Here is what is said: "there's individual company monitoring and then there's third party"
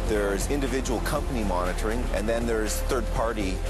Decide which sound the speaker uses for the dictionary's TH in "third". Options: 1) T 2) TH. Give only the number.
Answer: 2